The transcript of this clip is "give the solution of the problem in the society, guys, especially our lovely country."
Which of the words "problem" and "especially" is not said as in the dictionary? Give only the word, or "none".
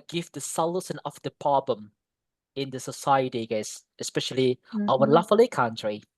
problem